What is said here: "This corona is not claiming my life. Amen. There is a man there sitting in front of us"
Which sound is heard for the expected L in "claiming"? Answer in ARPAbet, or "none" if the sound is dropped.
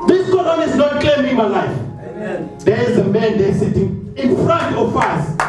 none